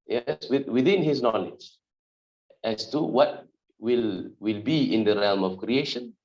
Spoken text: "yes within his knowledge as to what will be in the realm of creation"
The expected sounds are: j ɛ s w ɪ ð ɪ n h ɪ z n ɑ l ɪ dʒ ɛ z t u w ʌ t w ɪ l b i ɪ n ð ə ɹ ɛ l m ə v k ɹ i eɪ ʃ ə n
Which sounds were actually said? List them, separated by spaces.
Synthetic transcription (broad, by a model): j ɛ s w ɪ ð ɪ n h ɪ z n ɑ l ɪ dʒ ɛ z t u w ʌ t w ɪ l b i ɪ n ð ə ɹ ɛ l m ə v k ɹ i eɪ ʃ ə n